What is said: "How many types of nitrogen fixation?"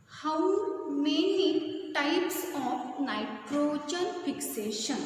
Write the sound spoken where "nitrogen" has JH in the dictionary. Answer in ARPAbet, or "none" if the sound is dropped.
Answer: CH